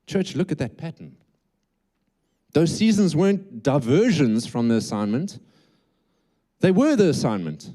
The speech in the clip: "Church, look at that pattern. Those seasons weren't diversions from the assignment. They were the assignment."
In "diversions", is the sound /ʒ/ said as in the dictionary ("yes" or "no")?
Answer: yes